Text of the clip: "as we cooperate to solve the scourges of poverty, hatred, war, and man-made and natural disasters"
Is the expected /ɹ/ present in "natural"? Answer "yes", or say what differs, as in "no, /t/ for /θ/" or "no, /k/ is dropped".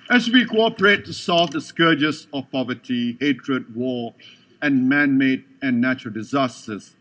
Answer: yes